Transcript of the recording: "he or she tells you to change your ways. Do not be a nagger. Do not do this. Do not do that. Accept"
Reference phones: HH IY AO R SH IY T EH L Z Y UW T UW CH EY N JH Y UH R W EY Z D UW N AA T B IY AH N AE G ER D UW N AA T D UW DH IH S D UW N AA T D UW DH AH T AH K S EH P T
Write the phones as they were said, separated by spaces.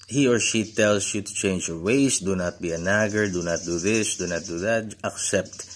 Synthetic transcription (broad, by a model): HH IY AO R SH IY T EH L S Y UW T UW CH EY N JH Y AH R W EY S D UW N AA T B IY AH N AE G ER D UW N AA T D UW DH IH S D UW N AA T D UW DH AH T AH K S EH P T